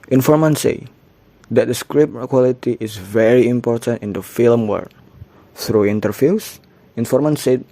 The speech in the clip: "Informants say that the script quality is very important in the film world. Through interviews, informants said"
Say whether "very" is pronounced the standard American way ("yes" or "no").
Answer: yes